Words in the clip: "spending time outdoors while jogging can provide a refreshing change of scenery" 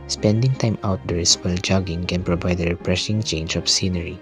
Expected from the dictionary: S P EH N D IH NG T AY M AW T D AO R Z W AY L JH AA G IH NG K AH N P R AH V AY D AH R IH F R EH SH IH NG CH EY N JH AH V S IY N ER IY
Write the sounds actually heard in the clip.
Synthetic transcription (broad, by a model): S P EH N D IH NG T AY M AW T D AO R S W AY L JH AA G IH NG K AH N P R AH V AY D AH R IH P R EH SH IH NG CH EY N JH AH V S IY N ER IY